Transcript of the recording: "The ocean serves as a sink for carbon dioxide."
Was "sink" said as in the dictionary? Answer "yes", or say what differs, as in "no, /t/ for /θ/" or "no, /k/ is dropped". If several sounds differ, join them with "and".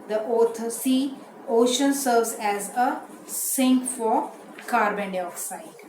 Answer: yes